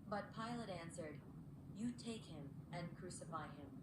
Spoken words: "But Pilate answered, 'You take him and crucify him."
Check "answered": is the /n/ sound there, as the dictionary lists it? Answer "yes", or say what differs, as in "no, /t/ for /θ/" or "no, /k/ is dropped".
yes